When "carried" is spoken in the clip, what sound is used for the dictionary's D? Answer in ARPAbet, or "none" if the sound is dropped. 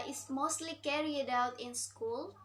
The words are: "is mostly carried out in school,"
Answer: D